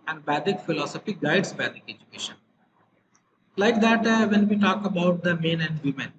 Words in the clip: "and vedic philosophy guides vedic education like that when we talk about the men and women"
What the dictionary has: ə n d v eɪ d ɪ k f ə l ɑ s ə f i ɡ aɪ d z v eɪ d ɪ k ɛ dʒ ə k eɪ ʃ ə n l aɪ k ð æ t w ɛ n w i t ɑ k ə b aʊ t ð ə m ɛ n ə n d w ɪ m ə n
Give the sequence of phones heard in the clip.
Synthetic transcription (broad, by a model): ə n d b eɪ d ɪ k f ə l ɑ s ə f i ɡ aɪ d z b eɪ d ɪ k ɛ dʒ ə k eɪ ʃ ə n l aɪ k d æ t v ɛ n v i t ɑ k ə b aʊ t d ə m ɛ n ə n d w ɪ m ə n